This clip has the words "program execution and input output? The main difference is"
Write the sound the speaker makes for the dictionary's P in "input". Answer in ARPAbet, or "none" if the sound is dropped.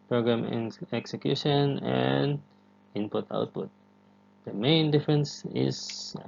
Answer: P